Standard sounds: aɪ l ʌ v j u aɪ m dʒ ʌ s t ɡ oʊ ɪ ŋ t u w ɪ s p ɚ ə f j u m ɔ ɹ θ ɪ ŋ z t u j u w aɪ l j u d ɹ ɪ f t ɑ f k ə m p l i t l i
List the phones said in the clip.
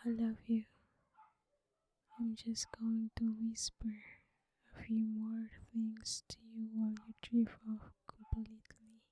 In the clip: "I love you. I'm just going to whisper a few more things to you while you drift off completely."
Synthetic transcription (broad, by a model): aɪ l ʌ v j u aɪ m dʒ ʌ s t ɡ oʊ ɪ ŋ t u w ɪ s p ɚ ə f j u m ɔ ɹ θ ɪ ŋ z t u j u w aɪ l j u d ɹ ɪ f ɑ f k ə m p l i t l i